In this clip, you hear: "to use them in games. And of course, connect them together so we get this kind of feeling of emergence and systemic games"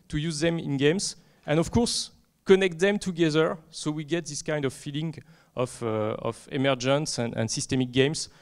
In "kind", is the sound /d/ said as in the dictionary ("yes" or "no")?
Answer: yes